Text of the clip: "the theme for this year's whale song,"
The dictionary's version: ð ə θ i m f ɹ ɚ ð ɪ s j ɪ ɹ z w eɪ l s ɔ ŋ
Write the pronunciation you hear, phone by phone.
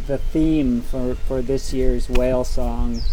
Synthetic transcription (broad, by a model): ð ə θ i m f ɹ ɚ ð ɪ s j ɪ ɹ z w eɪ l s ɔ ŋ